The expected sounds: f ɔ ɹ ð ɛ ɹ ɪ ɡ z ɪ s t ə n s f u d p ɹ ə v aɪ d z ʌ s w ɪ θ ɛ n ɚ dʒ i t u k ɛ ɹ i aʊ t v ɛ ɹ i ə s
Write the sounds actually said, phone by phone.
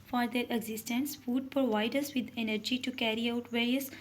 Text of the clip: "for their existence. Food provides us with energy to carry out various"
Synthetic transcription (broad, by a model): f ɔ ɹ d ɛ ɹ ɪ ɡ z ɪ s t ə n s f u d p ɹ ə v aɪ d ʌ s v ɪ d ɛ n ɚ dʒ i t u k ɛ ɹ i aʊ t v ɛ ɹ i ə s